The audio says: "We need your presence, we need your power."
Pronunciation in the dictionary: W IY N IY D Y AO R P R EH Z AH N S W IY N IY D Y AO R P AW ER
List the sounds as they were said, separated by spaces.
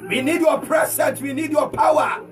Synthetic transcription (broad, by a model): W IY N IY D Y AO P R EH S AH N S W IY N IY D Y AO P AW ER